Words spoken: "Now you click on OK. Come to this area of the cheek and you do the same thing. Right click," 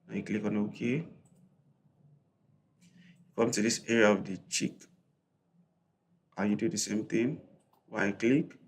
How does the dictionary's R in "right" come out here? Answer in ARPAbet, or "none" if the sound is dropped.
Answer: W